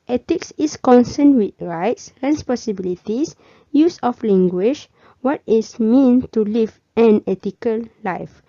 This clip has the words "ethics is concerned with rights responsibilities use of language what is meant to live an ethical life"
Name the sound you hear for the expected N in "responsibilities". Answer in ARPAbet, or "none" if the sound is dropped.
none